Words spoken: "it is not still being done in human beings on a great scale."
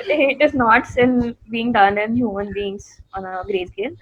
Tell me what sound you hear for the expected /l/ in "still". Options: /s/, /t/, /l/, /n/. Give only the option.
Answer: /n/